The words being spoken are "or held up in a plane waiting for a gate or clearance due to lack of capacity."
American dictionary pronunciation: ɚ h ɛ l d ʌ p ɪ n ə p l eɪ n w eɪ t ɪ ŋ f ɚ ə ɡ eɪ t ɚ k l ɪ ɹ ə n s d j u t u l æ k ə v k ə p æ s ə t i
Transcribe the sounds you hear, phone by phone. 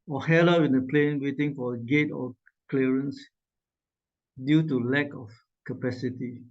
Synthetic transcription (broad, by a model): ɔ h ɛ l ʌ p ɪ n ə p l eɪ n w eɪ t ɪ ŋ f ə ɡ eɪ t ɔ k l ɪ ɹ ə n s d j u t u l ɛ k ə f k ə p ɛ s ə t i